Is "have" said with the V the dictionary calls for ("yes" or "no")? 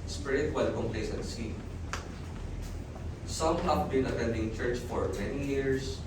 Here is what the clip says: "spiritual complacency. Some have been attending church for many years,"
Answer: no